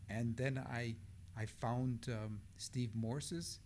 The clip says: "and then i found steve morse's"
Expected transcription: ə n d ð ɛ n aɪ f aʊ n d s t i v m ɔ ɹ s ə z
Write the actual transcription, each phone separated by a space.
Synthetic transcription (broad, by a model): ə n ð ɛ n aɪ f aʊ n d s t i v m ɔ ɹ s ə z